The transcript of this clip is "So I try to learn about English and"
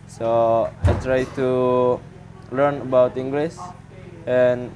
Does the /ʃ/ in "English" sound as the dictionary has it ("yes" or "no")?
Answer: no